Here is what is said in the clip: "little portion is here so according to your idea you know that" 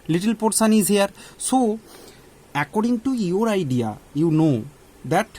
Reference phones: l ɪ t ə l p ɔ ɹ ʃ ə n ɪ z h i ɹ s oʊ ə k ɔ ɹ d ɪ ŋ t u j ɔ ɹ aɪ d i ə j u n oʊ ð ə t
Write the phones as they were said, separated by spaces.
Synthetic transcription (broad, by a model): l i t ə l p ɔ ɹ s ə n ɪ z h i ɹ s oʊ ə k ɔ ɹ d ɪ ŋ t u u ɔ ɹ aɪ d i ə j u n oʊ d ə t